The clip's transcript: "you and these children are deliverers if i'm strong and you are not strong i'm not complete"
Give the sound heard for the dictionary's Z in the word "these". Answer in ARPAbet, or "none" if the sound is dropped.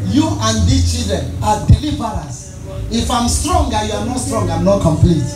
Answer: none